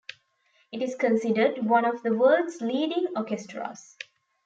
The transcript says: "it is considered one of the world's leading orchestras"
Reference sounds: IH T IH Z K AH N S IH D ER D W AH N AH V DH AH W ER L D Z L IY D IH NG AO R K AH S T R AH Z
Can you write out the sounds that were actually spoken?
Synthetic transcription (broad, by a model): IH T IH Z K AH N S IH D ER D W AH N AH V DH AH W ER D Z L IY D IH NG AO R K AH S T R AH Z